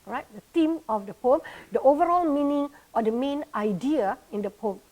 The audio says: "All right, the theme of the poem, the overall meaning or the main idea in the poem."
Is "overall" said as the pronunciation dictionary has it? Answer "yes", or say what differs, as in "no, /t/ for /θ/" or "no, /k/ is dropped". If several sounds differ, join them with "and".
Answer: yes